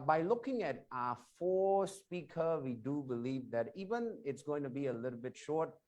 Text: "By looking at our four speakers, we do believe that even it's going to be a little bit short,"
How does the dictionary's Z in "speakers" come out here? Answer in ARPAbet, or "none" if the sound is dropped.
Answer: none